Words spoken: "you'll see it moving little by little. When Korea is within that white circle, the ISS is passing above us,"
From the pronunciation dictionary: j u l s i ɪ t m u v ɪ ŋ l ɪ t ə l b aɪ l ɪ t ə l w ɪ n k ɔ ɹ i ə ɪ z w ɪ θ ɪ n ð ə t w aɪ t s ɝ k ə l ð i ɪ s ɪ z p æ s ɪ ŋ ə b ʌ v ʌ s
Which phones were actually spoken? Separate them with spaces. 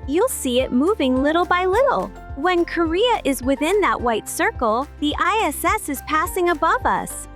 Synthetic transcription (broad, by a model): j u l s i ɪ t m u v ɪ ŋ l ɪ t l b aɪ l ɪ t l w ɪ n k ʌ ɹ i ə ɪ z w ɪ θ ɪ n ð ə t w aɪ t s ɝ k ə l ð i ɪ s ɪ z p æ s ɪ ŋ ə b ʌ v ʌ s